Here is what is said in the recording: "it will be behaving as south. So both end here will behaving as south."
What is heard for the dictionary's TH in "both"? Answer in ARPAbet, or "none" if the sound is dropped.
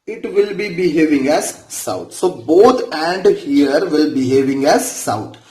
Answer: T